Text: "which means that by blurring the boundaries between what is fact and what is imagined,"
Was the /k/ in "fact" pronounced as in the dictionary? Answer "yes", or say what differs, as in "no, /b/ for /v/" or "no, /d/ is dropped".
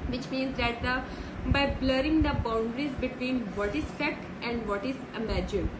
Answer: no, /k/ is dropped